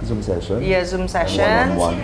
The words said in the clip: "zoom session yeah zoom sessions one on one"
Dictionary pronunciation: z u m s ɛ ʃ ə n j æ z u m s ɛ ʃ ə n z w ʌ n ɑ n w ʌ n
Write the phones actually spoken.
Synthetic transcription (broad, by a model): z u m s ɛ ʃ ə n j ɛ z u m s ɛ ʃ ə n w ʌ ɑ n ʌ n